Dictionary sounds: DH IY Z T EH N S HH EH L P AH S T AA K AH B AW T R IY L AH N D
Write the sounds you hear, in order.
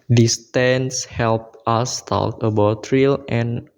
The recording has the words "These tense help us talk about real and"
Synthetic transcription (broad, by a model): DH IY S T EH N S HH EH L P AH S T AA K AH B AW T R IY L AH N